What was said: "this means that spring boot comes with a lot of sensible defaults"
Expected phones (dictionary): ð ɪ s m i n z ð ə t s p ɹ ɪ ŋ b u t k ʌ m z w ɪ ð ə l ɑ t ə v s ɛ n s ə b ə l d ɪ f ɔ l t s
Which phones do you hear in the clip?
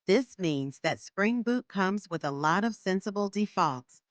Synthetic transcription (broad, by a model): ð ɪ s m i n z ð ə t s p ɹ ɪ ŋ b u t k ʌ m z w ɪ ð ə l ɑ t ə v s ɛ n s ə b l d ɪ f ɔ l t s